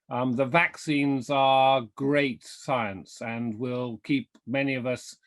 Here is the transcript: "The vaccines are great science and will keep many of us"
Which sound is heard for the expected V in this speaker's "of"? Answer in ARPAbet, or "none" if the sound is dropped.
V